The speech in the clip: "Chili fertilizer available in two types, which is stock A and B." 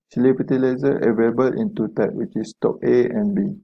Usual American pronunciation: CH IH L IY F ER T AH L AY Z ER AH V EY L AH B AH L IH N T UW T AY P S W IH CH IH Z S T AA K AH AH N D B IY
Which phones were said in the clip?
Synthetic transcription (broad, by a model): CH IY L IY P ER T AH L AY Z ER AH V EY L AH B AH L IH N T UW T AY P W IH CH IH S T AA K AH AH N B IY